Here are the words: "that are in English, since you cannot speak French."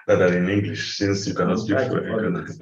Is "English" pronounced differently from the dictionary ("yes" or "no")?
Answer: no